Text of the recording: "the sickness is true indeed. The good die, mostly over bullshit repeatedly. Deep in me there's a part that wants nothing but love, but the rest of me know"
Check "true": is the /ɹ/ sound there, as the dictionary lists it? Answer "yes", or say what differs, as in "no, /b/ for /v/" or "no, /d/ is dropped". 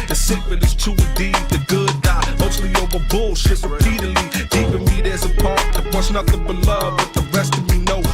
no, /ɹ/ is dropped